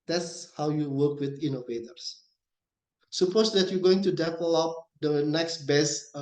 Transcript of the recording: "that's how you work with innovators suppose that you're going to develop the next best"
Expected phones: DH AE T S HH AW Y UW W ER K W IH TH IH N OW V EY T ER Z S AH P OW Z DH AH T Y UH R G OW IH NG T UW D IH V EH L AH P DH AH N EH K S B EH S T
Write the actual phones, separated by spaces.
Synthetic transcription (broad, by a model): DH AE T S HH AW Y UW W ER K W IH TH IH N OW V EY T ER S S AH P OW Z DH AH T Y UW G OW IH NG T UW D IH P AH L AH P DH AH N EH K S B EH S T